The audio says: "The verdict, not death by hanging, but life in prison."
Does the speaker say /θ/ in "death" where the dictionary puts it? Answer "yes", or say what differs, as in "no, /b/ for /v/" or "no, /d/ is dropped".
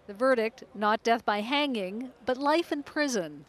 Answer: yes